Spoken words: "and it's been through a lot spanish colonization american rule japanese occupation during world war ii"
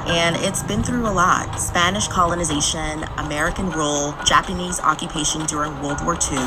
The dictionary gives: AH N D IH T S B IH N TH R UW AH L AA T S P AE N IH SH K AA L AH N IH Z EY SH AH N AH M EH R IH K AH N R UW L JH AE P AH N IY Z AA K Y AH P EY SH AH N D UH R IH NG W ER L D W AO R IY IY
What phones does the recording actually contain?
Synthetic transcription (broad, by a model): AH N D IH T S B IH N TH R UW AH L AA T S P AE N IH SH K AA L AH N IH Z EY SH AH N AH M EH R IH K AH N R UW L JH AE P AH N IY Z AA K Y AH P EY SH AH N D UH R IH NG W ER L D W AO R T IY